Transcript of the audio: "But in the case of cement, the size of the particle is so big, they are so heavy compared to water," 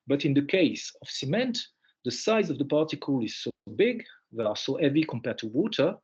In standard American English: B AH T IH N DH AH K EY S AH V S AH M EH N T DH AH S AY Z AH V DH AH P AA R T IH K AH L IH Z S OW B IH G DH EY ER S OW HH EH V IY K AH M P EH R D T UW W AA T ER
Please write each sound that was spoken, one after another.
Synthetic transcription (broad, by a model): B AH T IH N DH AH K EY S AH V S AH M EH N T DH AH S AY Z AH V DH AH P AA R T IH K AH L IH Z S OW B IH G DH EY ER S OW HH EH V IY K AH M P EH R D T UW W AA T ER